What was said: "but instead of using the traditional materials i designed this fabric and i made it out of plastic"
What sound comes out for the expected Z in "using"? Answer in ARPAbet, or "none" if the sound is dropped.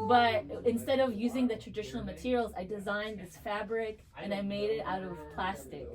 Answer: Z